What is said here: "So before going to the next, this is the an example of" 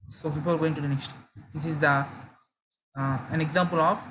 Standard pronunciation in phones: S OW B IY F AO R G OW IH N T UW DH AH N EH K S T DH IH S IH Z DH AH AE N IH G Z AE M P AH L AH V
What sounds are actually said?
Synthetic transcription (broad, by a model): S OW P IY P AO L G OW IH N T UW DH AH N EH K S T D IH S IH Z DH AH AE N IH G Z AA M P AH L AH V